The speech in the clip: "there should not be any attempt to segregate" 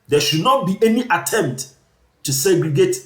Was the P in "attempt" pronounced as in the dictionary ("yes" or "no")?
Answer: yes